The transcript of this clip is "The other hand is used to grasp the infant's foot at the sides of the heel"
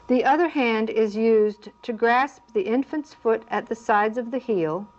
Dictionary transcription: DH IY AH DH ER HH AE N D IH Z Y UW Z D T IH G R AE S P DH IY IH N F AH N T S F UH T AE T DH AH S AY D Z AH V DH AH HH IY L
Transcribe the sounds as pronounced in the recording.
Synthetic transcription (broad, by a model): DH IY AH DH ER HH AE N D IH Z Y UW Z T IH G R AE S P DH IY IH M F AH N T S F UH T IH T DH AH S AY D Z AH V DH AH HH IY L